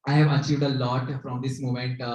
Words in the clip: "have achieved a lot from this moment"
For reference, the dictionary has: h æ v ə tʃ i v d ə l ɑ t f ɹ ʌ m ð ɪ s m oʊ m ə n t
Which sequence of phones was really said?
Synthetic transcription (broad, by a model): h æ v ə tʃ i v d ə l ɑ t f ɹ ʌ m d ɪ s m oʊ m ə n t